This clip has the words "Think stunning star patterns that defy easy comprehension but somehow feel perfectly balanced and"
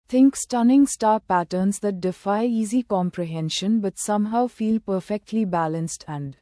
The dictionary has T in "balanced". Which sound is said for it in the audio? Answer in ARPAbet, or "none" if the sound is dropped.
T